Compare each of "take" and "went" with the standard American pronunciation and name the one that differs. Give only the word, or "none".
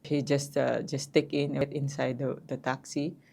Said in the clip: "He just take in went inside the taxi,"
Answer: went